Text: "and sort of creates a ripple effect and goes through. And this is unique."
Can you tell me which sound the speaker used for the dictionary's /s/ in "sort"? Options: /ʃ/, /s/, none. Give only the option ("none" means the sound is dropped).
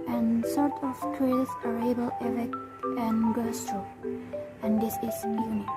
/s/